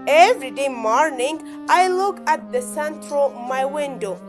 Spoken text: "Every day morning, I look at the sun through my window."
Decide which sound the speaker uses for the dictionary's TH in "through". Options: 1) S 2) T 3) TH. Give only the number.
2